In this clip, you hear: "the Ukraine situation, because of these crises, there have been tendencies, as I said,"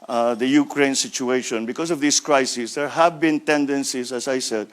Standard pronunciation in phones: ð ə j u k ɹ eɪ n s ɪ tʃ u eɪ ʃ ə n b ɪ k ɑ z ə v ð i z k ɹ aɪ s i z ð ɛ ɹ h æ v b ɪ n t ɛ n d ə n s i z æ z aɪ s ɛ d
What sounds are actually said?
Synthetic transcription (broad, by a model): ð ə j u k ɹ eɪ n s ɪ tʃ u eɪ ʃ ə n b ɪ k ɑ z ə v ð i s k ɹ aɪ s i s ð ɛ ɹ h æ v b ɪ n t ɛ n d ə n s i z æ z aɪ s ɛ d